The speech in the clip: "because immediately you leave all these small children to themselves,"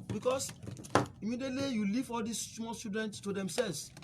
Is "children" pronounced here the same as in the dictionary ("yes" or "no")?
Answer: no